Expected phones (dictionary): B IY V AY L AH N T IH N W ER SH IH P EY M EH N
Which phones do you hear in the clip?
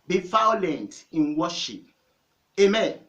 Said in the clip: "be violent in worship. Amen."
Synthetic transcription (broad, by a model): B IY F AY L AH N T IH N W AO SH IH P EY M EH N